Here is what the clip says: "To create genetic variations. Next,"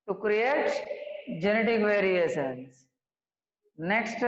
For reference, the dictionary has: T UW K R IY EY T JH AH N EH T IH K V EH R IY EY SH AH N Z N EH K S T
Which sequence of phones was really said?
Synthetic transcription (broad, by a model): T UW K R IY EY T JH AH N EH T IH K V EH R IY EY S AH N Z N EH K S T